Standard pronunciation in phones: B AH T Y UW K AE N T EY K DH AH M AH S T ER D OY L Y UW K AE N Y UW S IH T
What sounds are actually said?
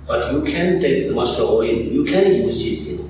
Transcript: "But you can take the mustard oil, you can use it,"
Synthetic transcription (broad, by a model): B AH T Y UW K AE N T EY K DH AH M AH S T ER OY N Y UW K AE N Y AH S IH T